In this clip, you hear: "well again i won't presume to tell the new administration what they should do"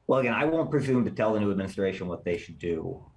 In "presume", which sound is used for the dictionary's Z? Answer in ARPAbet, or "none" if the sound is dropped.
Z